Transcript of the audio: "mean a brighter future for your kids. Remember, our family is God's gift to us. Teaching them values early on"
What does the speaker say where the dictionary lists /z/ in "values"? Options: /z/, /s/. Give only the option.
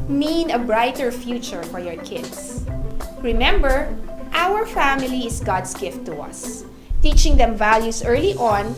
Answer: /s/